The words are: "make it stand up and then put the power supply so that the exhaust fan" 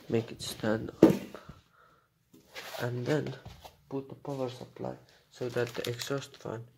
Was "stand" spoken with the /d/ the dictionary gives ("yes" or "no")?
yes